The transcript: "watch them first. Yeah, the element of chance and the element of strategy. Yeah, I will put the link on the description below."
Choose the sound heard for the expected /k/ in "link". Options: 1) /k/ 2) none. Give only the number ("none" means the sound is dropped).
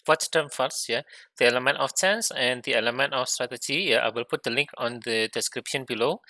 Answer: 1